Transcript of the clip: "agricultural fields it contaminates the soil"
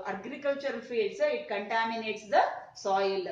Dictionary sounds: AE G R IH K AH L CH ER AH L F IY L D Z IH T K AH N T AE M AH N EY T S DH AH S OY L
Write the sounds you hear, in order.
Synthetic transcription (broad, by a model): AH G R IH K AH L CH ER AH L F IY D S IH T K AH N T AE M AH N EY T S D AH S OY L